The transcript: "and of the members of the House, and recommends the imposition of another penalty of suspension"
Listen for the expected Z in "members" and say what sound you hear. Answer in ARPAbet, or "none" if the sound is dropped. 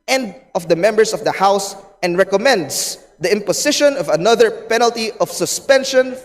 S